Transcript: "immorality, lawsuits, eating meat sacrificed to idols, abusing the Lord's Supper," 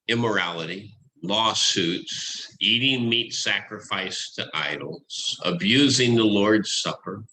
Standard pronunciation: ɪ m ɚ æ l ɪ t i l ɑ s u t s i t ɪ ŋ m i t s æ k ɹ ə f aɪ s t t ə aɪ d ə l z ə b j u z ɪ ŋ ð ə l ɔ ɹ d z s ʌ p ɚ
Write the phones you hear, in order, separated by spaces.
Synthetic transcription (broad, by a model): ɪ m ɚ æ l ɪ t i l ɑ s u t s i t ɪ ŋ m i t s æ k ɹ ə f aɪ s t t ə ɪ d l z ə b j u z ɪ ŋ ð ə l ɔ ɹ d z s ʌ p ɚ